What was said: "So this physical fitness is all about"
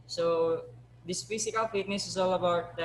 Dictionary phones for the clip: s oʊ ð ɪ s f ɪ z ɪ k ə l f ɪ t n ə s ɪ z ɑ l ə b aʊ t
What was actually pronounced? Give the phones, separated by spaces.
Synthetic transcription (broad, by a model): s oʊ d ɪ s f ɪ s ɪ k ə l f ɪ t n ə s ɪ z ɑ l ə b aʊ t